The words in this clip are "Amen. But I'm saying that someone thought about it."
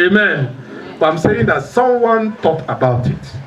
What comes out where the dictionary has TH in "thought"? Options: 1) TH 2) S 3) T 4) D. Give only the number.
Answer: 3